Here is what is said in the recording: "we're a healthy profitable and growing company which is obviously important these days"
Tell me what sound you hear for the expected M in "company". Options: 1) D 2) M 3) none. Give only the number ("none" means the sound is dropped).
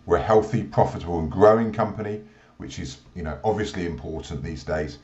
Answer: 2